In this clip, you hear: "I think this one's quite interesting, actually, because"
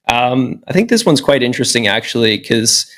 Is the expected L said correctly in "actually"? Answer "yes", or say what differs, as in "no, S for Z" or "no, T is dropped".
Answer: no, L is dropped